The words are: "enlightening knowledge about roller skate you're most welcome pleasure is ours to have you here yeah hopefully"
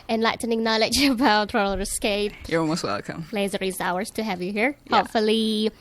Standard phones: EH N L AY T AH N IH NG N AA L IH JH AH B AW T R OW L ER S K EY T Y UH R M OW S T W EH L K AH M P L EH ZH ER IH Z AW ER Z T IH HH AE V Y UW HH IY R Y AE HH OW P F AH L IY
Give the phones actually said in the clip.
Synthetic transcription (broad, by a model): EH N L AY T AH N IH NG N AA L IH JH AH B AW T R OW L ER S K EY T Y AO L M OW S T W EH L K AH M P L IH Z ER IH Z AW ER Z T IH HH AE V Y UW HH IY R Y HH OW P F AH L IY